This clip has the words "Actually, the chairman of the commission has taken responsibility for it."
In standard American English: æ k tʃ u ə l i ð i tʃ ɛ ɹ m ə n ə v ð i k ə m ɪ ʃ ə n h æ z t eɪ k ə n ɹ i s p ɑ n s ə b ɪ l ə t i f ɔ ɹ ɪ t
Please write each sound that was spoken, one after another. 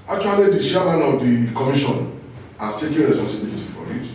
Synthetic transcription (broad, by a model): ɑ k tʃ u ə l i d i ʃ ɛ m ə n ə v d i k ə m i ʃ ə n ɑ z t eɪ k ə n ɹ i s p ɑ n s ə b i l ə t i f ɔ ɹ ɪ t